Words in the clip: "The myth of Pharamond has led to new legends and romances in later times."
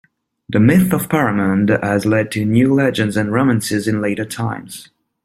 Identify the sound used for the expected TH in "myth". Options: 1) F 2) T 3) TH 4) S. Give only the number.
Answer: 3